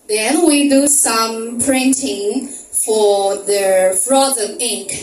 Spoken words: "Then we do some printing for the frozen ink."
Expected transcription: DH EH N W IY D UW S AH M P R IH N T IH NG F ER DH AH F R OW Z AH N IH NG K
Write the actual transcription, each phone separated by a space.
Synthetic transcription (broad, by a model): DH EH N W IY D UW S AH M P R IH N T IH NG F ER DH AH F R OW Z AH IH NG K